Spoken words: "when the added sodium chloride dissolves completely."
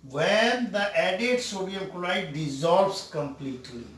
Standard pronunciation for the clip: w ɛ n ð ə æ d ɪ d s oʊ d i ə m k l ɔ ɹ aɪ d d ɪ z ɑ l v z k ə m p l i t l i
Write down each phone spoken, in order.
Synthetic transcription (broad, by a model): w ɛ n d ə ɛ d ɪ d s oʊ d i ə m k ɔ l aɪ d d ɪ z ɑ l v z k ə m p l i t l i